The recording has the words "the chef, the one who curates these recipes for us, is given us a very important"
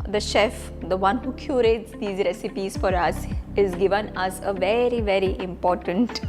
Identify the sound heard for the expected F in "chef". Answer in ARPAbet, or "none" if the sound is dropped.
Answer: F